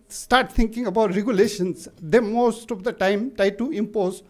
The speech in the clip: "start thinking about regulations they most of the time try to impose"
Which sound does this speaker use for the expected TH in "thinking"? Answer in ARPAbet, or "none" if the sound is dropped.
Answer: T